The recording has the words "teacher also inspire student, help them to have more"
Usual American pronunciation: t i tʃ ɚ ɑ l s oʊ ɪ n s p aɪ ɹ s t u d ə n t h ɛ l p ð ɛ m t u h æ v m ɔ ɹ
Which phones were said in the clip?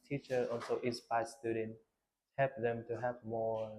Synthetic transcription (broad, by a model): t i tʃ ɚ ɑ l s oʊ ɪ s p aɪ s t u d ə n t h ɛ l p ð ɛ m t u h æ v m ɔ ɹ